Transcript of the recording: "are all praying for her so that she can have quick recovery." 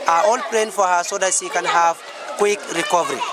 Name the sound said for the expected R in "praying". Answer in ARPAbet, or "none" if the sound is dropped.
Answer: L